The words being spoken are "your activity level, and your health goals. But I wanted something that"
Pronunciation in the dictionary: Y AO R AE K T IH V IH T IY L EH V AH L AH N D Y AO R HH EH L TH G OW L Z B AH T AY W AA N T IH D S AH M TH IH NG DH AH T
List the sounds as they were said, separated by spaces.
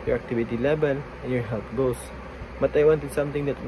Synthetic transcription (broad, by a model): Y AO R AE K T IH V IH T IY L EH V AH L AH N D Y AO R HH EH L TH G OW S B AH T AY W AA N T IH D S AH M T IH NG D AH T